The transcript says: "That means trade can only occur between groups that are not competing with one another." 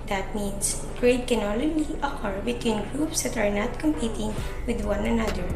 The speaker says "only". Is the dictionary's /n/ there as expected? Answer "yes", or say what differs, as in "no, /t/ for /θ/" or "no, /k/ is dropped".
no, /l/ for /n/